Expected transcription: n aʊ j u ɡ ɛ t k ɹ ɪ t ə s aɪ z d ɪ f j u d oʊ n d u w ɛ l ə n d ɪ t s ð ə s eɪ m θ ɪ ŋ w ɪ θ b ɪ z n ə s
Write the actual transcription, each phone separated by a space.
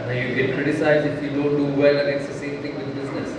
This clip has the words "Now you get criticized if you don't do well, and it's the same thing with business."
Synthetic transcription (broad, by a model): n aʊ j u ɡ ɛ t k ɹ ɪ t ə s aɪ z ɪ f j u d oʊ n d u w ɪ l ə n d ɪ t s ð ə s eɪ m t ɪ ŋ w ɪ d b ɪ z n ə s